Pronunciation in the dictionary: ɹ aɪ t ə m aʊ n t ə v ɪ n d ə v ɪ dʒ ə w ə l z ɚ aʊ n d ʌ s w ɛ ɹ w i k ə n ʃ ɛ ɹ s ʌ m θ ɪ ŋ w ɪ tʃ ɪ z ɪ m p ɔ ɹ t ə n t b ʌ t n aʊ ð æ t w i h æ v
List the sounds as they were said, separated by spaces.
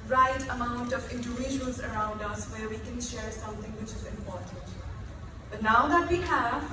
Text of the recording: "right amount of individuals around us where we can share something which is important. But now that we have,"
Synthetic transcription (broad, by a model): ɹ aɪ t ə m aʊ n t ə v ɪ n d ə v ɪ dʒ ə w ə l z ɚ aʊ n d ʌ s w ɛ ɹ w i k ə n ʃ ɛ ɹ s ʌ m t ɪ ŋ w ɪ tʃ ɪ z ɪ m p ɔ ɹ t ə n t b ʌ t n aʊ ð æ t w i h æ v